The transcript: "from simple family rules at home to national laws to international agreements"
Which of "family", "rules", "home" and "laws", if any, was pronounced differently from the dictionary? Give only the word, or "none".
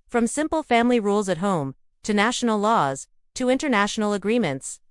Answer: none